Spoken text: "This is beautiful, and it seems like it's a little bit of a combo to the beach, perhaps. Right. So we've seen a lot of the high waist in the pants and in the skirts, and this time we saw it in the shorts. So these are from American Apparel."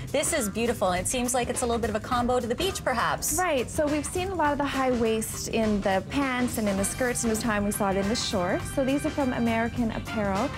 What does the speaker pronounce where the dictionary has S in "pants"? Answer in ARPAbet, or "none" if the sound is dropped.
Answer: S